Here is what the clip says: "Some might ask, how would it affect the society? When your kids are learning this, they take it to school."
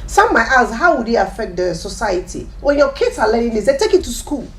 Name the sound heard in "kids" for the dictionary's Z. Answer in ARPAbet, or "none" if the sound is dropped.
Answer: S